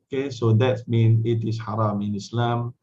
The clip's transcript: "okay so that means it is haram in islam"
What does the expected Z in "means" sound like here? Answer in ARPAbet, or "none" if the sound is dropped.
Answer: none